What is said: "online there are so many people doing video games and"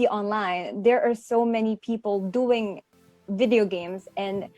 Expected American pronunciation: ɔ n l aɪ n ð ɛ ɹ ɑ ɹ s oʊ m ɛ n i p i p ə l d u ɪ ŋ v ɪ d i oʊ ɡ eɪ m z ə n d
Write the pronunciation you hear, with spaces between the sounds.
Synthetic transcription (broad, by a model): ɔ n l aɪ n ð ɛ ɹ ɑ ɹ s oʊ m ɛ n i p i p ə l d u ɪ ŋ v ɪ d i oʊ ɡ eɪ m z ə n